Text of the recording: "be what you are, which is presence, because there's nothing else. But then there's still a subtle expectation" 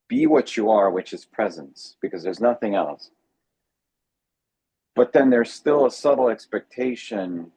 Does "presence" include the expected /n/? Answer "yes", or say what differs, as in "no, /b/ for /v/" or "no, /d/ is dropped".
yes